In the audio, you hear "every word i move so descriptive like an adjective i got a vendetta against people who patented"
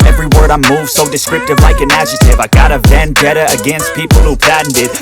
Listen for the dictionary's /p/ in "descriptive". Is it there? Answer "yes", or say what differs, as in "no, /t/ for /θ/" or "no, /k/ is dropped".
no, /p/ is dropped